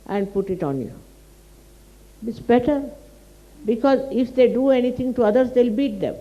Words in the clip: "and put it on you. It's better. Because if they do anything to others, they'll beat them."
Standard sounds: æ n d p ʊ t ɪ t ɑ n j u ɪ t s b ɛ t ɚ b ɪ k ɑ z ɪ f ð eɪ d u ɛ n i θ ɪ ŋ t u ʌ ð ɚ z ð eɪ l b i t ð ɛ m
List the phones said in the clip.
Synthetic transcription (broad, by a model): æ n d p ʊ t ɪ t ɑ n j u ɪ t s b ɛ t ɚ b ɪ k ɑ z ɪ f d eɪ d u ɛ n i t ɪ ŋ t u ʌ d ɚ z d eɪ l b i t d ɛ m